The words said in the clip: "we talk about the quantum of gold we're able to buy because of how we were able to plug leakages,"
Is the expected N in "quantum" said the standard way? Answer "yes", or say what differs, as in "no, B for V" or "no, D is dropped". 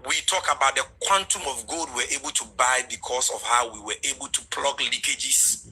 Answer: yes